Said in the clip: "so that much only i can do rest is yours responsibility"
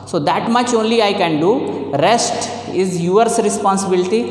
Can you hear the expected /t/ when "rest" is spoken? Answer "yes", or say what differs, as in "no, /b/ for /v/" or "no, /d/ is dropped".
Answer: yes